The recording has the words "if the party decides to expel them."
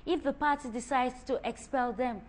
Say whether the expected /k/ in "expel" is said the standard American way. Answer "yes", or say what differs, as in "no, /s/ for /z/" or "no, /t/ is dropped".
yes